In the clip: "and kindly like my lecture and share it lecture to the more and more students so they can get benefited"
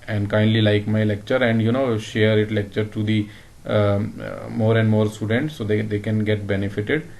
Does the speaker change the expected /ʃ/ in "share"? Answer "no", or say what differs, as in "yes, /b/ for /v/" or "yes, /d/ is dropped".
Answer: no